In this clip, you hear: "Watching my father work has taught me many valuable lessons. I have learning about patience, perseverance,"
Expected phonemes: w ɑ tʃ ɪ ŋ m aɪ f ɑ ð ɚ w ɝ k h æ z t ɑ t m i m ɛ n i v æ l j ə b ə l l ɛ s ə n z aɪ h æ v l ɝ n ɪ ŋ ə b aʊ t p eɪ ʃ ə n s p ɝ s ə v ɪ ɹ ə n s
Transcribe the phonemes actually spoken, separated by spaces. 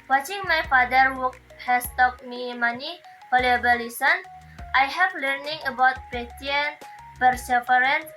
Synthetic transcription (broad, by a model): w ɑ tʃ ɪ ŋ m aɪ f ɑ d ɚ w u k h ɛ s t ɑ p m i m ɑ n i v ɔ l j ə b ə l l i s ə n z aɪ h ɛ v l ɝ n ɪ ŋ ə b aʊ t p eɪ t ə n p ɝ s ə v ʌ ɹ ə n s